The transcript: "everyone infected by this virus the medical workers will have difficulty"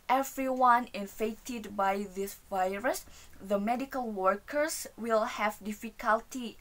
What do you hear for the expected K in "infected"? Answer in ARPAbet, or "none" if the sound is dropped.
none